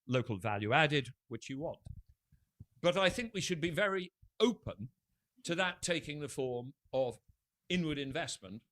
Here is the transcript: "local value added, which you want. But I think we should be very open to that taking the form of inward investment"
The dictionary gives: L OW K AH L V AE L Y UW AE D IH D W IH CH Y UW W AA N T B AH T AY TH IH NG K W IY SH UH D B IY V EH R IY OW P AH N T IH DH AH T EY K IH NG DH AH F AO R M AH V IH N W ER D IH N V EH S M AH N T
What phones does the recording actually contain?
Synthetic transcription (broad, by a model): L OW K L V AE L Y UW AE D IH D W IH CH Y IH W AA N T B AH T AY TH IH NG K W IY SH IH D B IY V EH R IY OW P AH N T IH DH AH T EY K IH NG DH AH F AO R M AH V IH N W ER D IH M V EH S M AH N T